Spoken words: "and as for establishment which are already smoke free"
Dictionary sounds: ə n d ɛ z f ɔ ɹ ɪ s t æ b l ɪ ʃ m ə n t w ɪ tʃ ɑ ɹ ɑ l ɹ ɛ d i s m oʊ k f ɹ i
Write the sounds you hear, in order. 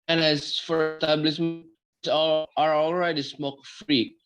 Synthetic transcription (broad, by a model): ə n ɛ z f ɔ ɹ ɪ s t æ b l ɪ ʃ m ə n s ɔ ɑ ɹ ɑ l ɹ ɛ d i s m oʊ k f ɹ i